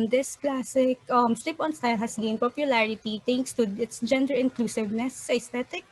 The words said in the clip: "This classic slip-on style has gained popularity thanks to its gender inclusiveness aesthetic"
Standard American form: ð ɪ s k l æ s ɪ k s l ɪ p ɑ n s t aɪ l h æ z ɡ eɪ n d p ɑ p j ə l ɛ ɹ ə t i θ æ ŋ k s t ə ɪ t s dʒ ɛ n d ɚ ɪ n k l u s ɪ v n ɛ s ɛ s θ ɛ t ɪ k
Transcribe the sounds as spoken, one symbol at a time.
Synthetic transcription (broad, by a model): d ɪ s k l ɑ s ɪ k s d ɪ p ɑ n s t aɪ l h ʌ s ɡ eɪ n p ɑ p j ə l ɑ ɹ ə t i t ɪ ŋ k s t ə ɪ t s dʒ ɛ n d ɚ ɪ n k l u s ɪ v n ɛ s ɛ s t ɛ t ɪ k